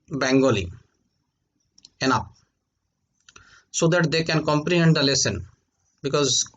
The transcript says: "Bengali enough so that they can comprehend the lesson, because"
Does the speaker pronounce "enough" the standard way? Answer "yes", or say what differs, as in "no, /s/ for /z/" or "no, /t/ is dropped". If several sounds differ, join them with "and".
no, /p/ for /f/